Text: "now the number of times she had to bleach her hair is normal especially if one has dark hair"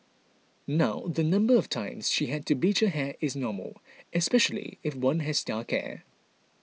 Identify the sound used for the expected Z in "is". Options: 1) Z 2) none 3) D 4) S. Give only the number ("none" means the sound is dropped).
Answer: 1